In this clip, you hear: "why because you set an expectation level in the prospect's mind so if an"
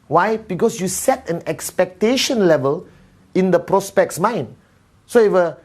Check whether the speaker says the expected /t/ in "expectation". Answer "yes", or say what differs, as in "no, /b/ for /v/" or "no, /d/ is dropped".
yes